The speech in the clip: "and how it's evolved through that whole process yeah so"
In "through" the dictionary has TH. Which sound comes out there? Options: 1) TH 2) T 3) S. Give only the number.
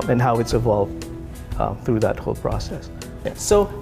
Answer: 1